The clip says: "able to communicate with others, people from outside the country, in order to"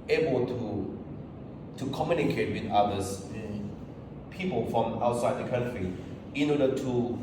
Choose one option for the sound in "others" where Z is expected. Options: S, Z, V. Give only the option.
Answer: S